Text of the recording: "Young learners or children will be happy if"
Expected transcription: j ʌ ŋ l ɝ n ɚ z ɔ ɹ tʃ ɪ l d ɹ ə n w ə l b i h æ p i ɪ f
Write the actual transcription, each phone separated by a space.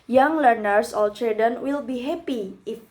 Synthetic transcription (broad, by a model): j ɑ ŋ l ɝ n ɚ s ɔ l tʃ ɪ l d ə n w ə l b i h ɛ p i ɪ f